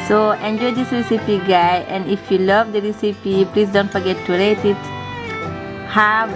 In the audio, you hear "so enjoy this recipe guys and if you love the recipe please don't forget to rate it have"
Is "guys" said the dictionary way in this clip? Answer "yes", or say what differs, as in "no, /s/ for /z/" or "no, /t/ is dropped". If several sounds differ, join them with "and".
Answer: no, /z/ is dropped